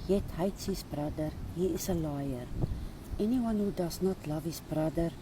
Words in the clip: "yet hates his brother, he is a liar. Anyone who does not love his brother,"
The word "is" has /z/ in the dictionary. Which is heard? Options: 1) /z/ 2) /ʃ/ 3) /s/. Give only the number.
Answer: 3